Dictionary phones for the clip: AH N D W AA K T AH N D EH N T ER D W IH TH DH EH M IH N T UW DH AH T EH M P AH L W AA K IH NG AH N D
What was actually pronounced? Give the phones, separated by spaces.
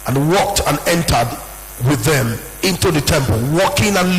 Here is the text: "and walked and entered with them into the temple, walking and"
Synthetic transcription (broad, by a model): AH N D W AA K T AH N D EH N T ER D W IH DH EH M IH N T UW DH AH T EH M P AH L W AA K IH NG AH N